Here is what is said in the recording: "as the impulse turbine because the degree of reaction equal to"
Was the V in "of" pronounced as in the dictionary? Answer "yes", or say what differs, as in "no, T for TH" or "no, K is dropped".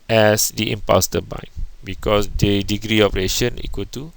no, P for V